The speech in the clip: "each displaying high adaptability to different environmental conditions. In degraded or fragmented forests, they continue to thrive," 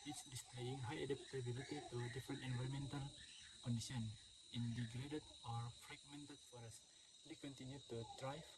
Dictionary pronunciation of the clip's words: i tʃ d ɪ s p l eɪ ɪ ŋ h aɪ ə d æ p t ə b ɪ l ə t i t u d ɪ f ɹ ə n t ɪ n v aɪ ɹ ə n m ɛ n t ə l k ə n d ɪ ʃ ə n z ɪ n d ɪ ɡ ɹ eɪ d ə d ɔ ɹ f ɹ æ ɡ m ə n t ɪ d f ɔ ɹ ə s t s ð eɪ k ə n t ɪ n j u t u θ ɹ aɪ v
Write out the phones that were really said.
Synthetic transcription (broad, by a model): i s d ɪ s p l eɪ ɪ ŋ h aɪ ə d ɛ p t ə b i l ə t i t u d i f ɹ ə n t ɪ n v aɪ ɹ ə m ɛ n t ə l k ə n d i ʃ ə n ɪ n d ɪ ɡ ɹ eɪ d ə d ɔ ɹ f ɹ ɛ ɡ m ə n t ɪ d f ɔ ɹ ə s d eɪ k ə n t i n j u t u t ɹ aɪ